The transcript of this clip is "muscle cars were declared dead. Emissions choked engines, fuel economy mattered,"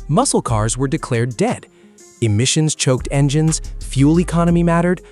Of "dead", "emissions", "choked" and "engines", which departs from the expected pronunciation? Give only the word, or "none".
none